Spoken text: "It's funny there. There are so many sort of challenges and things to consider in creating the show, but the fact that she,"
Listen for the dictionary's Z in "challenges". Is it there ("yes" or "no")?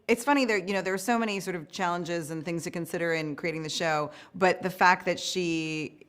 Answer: yes